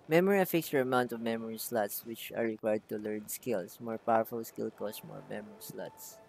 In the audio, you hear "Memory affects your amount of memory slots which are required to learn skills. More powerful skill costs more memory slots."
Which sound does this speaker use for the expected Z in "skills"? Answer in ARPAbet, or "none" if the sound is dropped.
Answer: S